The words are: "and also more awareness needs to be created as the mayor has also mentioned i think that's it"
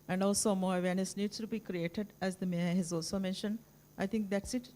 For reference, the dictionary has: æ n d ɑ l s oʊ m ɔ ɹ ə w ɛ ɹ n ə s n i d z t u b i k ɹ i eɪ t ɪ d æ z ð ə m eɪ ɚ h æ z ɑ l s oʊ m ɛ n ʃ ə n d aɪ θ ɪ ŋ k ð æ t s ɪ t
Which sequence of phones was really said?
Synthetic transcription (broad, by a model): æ n d ɑ l s oʊ m ɔ ɹ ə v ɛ ɹ n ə s n i d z t u b i k ɹ i eɪ t ɪ d æ z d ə m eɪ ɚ h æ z ɑ l s oʊ m ɛ n ʃ ə n d aɪ t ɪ ŋ k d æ t s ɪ t